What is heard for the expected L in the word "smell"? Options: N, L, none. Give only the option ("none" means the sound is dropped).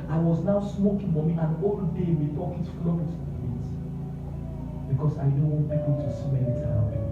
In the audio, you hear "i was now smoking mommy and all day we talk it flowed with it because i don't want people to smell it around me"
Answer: N